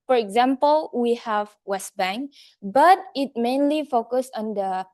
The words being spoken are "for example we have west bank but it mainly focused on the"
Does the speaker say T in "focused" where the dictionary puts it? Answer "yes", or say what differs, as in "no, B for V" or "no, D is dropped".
no, T is dropped